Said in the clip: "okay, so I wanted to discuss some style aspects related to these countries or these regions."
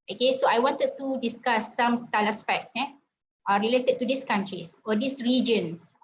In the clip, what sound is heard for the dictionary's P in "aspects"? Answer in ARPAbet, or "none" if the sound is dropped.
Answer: F